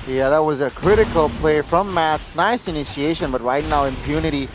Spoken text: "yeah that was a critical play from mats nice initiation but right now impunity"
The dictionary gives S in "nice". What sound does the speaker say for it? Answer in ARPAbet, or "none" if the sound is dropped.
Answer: S